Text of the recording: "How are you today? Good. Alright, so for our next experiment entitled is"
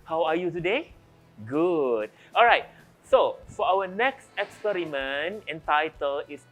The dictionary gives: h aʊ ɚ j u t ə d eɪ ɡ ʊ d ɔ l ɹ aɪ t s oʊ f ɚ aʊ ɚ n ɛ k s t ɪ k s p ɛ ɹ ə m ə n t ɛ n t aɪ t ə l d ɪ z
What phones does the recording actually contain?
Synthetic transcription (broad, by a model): h aʊ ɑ j u t ə d eɪ ɡ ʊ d ɔ l ɹ aɪ t s oʊ f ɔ aʊ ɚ n ɛ k s t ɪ k s p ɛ ɹ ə m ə n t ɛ n t aɪ t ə l ɪ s